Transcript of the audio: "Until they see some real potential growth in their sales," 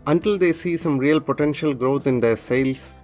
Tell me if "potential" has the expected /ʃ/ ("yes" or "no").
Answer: yes